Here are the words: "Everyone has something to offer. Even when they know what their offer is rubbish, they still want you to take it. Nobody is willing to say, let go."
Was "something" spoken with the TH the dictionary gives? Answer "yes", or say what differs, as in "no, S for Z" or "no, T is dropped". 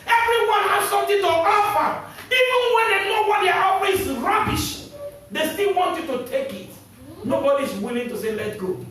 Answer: no, T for TH